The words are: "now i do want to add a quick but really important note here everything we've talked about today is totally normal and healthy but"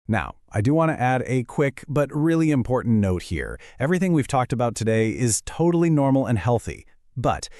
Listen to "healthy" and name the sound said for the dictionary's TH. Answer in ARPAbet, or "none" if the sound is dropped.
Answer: TH